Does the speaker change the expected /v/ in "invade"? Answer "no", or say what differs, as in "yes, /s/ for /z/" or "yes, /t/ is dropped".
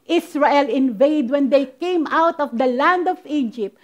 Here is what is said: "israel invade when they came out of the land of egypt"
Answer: no